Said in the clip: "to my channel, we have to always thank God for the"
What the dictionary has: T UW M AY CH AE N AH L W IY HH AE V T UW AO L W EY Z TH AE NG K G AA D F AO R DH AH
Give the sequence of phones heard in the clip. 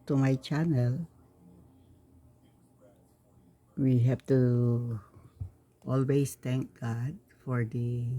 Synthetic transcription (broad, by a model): T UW M AY CH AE N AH L W IY HH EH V T UW AO L W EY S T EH NG K G AA D F AO R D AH